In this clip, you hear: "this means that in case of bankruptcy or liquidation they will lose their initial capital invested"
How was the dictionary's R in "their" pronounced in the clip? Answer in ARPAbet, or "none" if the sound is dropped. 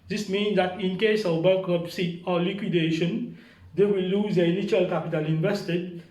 L